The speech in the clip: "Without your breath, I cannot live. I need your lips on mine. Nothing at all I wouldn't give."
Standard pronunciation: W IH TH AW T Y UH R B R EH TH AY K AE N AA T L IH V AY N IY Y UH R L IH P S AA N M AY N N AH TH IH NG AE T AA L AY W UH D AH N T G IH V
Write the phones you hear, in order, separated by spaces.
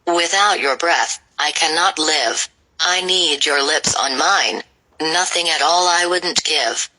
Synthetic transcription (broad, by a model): W IH TH AW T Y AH R B R EH TH AY K AE N AA T L IH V AY N IY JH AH R L IH P S N M AY N N AH TH IH NG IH T AA L AY W UH D N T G IH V